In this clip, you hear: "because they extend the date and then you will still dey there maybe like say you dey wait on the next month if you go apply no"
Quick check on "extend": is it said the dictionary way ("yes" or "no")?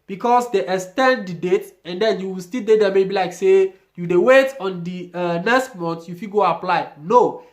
no